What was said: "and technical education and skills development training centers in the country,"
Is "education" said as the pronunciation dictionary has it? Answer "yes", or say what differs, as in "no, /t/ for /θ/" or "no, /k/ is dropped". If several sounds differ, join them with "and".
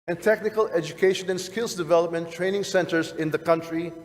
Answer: yes